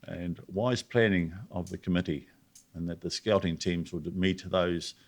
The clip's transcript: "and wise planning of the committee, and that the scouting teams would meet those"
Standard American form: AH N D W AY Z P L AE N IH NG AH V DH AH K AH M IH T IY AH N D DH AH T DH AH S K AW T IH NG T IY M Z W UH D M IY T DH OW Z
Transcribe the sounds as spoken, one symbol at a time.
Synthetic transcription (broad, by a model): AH N W AY Z P L AE N IH NG AH V DH AH K AH M IH T IY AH N DH AH T DH AH S K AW T IH NG T IY M Z W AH D M IY T DH OW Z